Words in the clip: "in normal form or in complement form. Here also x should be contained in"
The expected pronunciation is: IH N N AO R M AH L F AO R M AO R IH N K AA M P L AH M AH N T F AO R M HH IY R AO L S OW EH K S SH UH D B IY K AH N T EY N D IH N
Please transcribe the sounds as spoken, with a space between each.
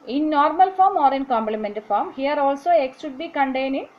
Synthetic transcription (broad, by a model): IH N N AO R M AH L F AO R M AO R IH N K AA M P L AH M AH N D F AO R M HH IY R AO L S OW EH K S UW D B IY K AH N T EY N IH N